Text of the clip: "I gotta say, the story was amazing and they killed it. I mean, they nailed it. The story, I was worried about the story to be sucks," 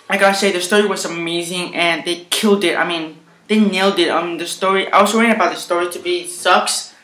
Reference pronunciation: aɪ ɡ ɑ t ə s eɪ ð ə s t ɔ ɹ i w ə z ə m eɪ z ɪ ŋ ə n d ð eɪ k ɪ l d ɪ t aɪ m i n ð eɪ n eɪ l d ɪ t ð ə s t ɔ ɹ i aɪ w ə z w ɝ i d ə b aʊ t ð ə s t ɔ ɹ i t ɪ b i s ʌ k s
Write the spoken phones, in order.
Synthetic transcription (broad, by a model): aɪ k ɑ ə s eɪ ð ə s t ɔ ɹ i w ə z ə m eɪ z ɪ ŋ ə n ð eɪ k ɪ l d ɪ t aɪ m i n ð eɪ n eɪ l d ɪ t ð ə s t ɔ ɹ i aɪ w ə z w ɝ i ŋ ə b aʊ t ð ə s t ɔ ɹ i t ɪ b i s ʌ k s